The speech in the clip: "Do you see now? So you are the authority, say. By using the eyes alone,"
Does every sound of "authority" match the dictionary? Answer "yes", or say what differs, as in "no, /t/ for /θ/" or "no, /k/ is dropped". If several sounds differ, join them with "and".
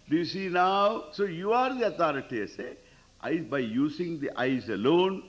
no, /t/ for /θ/